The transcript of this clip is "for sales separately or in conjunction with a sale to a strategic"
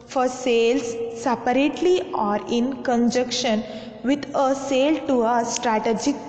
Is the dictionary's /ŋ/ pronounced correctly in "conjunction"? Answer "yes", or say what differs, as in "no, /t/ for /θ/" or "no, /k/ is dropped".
no, /ŋ/ is dropped